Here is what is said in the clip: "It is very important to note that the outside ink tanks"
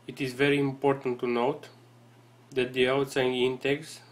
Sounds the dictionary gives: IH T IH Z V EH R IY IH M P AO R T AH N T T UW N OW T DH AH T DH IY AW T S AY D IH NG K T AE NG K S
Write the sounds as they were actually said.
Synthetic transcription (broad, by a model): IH T IH Z V EH R IY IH M P AO R T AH N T T UW N OW T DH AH T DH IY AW T S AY IH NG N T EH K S